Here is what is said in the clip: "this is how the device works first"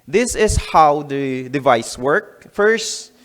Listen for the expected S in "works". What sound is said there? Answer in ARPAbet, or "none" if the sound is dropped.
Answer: none